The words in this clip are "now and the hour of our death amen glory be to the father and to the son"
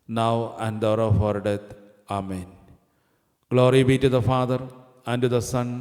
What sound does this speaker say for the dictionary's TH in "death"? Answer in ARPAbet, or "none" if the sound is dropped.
T